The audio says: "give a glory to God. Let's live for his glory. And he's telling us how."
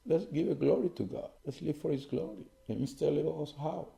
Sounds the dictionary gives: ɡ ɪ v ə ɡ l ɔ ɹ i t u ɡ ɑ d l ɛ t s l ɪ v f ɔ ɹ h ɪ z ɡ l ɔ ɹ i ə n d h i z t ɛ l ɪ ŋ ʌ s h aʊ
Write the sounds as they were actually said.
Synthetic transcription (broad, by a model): ɡ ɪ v ə ɡ l ɔ ɹ i t u ɡ ɑ d l ɛ t s l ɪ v f ɔ ɹ h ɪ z ɡ l ɔ ɹ i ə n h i s t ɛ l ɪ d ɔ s h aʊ